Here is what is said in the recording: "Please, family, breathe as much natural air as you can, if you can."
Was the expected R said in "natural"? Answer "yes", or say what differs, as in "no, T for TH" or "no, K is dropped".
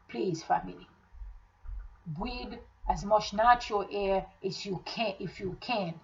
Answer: no, R is dropped